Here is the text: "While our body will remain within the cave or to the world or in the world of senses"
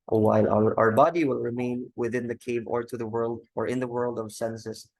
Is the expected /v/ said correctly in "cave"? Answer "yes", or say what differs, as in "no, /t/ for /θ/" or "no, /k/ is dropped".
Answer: yes